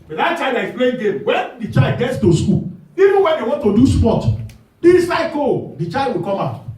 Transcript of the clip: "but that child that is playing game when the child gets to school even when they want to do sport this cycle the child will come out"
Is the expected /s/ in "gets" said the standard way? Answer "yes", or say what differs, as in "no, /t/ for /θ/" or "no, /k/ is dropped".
yes